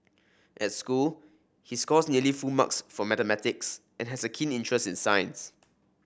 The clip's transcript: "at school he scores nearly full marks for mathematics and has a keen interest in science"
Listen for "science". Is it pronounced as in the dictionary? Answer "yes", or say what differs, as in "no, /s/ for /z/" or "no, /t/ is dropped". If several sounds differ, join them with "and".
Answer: yes